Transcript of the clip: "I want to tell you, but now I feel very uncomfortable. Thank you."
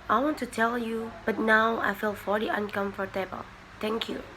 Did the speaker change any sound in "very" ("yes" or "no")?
yes